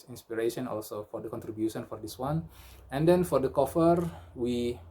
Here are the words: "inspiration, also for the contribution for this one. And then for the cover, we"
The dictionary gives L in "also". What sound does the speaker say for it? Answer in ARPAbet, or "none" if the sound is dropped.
L